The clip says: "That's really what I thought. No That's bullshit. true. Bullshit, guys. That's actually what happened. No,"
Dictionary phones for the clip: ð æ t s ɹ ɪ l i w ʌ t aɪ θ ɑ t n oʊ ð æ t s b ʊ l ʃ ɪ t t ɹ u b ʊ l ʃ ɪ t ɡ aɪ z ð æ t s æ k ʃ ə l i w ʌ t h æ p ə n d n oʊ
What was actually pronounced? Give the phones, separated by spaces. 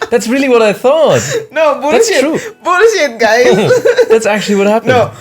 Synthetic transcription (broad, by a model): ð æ t s ɹ ɪ l i w ʌ t aɪ θ ɑ t n oʊ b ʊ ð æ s t ɹ u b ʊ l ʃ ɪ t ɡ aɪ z ð æ t s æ k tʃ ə l i w ʌ t h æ p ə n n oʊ